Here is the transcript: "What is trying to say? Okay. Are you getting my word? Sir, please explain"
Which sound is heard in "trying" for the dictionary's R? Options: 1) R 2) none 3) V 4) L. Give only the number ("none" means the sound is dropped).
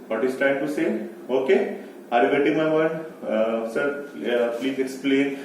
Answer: 2